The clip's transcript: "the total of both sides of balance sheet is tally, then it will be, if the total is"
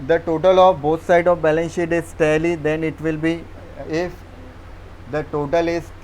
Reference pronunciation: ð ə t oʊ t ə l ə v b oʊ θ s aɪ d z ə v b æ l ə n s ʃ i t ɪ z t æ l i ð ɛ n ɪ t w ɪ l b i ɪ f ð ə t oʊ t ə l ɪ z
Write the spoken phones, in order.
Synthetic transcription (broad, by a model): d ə t oʊ t ə l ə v b oʊ t s aɪ d ə v b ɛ l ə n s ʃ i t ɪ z t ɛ l i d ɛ n ɪ t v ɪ l b i ɪ f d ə t oʊ t ə l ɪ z